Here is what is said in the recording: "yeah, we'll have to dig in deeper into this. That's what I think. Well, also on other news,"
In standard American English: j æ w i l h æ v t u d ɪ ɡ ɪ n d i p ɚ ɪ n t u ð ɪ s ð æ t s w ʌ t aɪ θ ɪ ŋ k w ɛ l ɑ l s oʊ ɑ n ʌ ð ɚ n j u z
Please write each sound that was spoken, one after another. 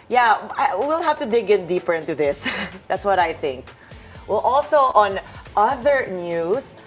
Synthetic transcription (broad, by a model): j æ w i l h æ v t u d ɪ ɡ ɪ n d i p ɚ ɪ n t u ð ɪ s ð æ t s w ʌ t aɪ θ ɪ ŋ k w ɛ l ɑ l s oʊ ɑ n ʌ ð ɚ n j u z